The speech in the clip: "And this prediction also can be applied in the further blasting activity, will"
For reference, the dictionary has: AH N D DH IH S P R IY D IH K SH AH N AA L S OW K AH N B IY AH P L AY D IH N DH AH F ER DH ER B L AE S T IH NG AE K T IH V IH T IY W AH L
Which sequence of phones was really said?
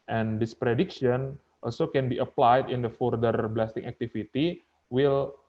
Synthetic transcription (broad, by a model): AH N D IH S P R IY D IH K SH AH N AA L S OW K AH N B IY AH P L AY D IH N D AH F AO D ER B L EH S T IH NG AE K T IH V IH T IY W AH L